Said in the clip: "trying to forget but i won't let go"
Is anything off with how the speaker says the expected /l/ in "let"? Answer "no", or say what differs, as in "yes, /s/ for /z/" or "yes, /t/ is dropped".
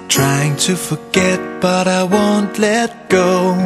no